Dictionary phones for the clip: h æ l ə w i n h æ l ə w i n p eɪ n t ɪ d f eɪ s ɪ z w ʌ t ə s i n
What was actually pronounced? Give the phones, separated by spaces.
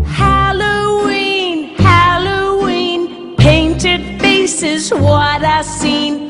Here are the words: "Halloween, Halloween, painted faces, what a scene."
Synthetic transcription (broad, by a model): h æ l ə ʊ i n h æ l ə w i n p eɪ n t ɪ d f eɪ s ɪ z w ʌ t ə s i n